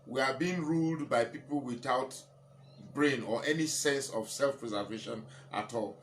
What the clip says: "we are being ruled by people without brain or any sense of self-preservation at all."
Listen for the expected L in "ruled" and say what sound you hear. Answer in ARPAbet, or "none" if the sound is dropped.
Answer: L